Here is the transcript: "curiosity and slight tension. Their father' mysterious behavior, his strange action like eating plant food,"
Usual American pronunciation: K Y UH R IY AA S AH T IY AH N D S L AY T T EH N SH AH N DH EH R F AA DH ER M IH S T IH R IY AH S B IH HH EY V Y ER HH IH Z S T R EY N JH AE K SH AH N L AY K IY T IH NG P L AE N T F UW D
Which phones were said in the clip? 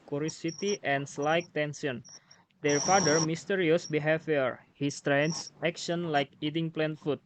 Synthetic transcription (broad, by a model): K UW R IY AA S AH T IY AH N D S L AY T T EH N S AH N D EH R F AA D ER M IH S T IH R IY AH S B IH HH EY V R HH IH S T R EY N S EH K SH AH N L AY K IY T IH NG P L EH N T F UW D